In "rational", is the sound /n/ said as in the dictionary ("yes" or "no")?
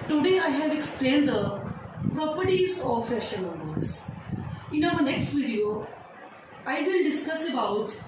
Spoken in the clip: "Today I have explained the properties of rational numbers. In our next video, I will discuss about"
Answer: no